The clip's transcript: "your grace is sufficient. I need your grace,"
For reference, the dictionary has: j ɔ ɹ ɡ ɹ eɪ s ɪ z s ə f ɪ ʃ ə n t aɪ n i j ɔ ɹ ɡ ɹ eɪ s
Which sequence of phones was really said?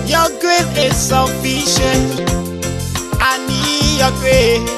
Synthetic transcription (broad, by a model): j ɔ ɡ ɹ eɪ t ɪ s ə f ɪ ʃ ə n aɪ n i j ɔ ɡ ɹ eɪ